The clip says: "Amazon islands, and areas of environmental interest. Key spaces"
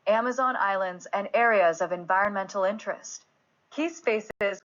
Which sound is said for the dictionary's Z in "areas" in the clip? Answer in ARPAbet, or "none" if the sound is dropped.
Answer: Z